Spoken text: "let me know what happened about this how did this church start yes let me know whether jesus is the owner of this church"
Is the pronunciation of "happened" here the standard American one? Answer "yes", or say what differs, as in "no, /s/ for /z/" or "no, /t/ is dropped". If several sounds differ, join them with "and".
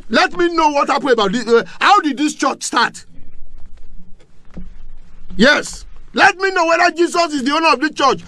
no, /d/ is dropped